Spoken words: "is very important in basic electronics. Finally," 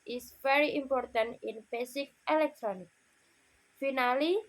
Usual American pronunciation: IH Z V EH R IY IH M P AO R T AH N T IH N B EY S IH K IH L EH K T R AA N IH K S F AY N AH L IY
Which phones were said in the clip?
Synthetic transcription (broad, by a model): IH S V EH R IY IH M P AO R T AH N T IH N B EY S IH K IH L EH K T R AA N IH K F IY N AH L IY